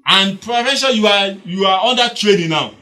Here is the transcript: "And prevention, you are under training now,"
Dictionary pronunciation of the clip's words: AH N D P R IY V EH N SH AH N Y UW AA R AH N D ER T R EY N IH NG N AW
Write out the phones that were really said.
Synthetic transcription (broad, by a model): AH N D P R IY F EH SH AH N Y UW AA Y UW N D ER T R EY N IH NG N AW